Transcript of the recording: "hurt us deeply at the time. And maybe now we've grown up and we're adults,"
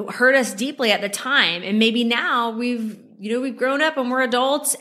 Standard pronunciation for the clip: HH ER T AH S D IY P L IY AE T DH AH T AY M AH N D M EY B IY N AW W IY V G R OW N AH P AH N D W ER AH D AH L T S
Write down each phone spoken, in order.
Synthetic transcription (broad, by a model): HH ER T AH S D IY P L IY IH T DH AH T AY M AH N M EY B IY N AW W IY V G R OW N AH P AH N W ER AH D AH L T S